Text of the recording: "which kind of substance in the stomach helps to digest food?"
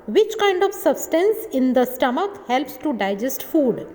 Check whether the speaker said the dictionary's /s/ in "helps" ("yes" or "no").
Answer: yes